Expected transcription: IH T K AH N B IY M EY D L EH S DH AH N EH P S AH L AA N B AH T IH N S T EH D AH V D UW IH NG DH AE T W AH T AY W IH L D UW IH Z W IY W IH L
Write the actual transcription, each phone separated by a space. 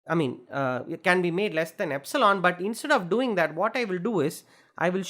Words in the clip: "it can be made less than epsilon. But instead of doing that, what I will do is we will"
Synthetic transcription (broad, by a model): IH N K AH N B IY M EY D L EH S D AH N EH P S AH L AA N B AH T IH N S T EH D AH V D UW IH NG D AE T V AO T AY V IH L D UW IH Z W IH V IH L